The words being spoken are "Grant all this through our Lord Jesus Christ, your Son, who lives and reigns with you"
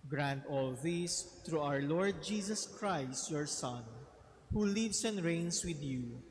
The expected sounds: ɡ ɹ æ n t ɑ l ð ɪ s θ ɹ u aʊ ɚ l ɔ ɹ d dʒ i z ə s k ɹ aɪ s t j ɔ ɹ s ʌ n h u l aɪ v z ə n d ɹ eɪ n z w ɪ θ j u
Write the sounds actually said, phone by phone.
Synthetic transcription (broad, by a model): ɡ ɹ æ n t ɑ l ð ɪ s t ɹ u aʊ ɚ l ɔ ɹ d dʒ i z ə s k ɹ aɪ s t j ɔ ɹ s ʌ n h u l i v s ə n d ɹ eɪ n s w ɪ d j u